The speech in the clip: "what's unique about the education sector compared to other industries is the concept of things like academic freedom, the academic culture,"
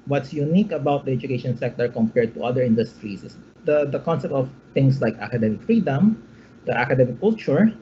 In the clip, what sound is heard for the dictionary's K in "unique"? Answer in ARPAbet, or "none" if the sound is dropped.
K